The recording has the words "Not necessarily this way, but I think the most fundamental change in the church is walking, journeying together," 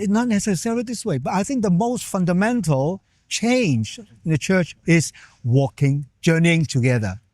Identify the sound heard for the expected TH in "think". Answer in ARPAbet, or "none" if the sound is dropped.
TH